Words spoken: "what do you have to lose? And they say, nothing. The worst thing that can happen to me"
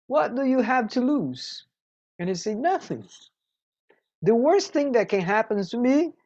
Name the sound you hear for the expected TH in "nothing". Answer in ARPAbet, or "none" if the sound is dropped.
TH